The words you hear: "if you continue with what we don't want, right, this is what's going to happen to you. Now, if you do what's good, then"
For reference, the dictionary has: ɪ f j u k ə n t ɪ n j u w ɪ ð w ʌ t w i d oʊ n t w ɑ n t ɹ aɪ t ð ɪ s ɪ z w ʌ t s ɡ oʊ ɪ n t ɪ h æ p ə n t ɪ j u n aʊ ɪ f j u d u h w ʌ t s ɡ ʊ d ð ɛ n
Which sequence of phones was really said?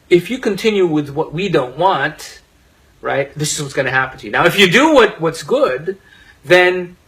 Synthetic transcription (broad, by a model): ɪ f j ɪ k ə n t ɪ n j u w ɪ ð w ʌ t w i d oʊ n t w ɑ n t ɹ aɪ t ð ɪ s ɪ z w ʌ t s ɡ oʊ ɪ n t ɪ h æ p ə n t ɪ j u n aʊ ɪ f j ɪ d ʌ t w ʌ t s ɡ ʊ d ð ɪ n